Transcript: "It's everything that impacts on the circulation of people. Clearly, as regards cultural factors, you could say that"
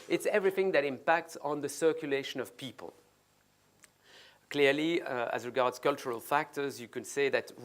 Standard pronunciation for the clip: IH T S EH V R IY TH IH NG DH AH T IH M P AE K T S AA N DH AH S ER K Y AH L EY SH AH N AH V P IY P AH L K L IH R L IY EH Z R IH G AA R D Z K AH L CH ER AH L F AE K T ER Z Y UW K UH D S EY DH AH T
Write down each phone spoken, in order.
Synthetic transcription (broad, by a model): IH T S EH V R IY TH IH NG DH AH T IH M P AE K T S N DH AH S ER K Y AH L EY SH AH N AH V P IY P AH L K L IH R L IY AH Z R IH G AA R D Z K AH L CH ER AH L F AE K T ER Z Y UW K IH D S EY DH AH T